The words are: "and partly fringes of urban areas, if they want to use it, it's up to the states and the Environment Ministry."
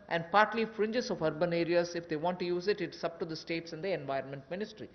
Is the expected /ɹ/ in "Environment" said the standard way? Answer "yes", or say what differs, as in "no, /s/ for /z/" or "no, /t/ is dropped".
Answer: yes